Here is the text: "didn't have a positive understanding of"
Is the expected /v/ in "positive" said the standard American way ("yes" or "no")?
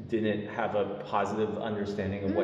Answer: yes